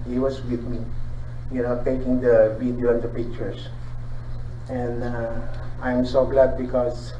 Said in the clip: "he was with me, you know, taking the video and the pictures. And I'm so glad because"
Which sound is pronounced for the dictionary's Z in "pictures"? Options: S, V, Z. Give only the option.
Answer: S